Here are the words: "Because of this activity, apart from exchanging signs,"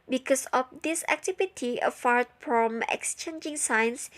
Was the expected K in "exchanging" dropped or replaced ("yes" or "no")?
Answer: no